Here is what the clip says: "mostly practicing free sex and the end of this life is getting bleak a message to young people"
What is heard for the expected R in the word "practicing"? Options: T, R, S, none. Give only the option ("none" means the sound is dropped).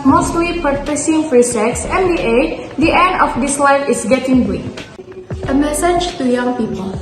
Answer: none